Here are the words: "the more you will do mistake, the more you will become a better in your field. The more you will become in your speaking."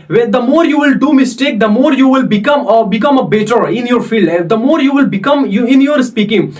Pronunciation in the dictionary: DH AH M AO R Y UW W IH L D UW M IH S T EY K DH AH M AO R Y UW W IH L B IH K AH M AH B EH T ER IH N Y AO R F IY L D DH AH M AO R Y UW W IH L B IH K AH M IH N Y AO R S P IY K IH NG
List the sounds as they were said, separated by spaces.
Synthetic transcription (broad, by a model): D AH M AO R Y UW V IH L D UW M IH S T EY K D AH M AO R Y UW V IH L B IH K AH M AH B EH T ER IH N Y AO R F IY L D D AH M AO R Y UW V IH L B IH K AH M IH N Y AO R S P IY K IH NG